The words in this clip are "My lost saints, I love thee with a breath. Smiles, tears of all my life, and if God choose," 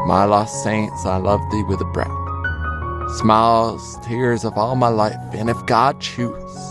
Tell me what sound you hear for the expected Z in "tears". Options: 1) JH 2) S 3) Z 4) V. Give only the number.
3